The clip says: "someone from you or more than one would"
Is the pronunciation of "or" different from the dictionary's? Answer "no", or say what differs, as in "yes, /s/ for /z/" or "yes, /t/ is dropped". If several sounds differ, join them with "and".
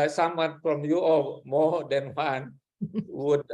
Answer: yes, /l/ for /ɹ/